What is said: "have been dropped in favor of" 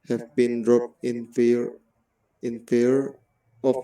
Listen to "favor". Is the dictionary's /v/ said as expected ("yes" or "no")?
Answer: no